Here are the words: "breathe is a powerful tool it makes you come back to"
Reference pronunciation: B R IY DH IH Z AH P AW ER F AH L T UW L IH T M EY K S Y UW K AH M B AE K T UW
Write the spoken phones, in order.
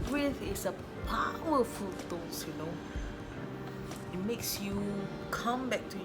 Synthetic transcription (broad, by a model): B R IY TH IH S AH P AW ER F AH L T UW N IH T M EY K S Y UW K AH M B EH K T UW